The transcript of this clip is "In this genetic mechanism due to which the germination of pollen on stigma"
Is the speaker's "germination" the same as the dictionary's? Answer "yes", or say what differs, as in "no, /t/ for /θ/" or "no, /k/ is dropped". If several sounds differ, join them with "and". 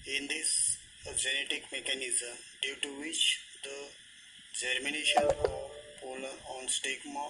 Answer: yes